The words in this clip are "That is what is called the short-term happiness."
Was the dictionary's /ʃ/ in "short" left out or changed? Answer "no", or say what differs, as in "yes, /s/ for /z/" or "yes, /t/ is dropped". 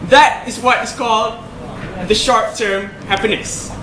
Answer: no